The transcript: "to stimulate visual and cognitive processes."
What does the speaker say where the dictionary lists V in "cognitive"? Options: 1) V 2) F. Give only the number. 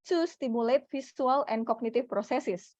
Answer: 2